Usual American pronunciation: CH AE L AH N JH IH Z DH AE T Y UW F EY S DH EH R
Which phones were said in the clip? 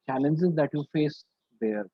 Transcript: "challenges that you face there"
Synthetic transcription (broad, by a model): CH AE L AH N JH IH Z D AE T Y UW F EY S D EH R